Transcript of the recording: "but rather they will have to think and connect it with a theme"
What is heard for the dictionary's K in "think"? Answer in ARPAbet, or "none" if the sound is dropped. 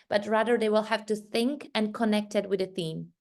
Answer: K